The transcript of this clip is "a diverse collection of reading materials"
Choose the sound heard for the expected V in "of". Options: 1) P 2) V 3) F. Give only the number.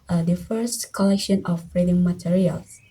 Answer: 1